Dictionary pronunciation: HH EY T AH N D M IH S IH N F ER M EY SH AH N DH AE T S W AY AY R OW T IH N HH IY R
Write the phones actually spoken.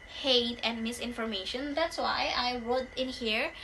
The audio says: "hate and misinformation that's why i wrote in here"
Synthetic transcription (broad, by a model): HH EY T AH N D M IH S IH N F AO M EY SH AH N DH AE T S W AY AY W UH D IH N HH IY R